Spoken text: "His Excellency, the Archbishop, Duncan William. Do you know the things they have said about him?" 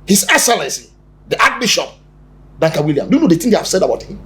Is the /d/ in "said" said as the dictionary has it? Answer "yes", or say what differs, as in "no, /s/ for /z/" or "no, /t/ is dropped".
yes